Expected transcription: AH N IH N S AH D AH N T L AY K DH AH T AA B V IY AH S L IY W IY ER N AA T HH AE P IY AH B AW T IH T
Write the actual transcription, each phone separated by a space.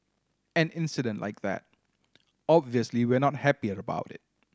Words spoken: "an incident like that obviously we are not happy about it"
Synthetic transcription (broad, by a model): AH N IH N S AH D AH N T L AY K DH AH T AA B V IY AH S L IY W IY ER N AA T HH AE P IY AH B AW T IH T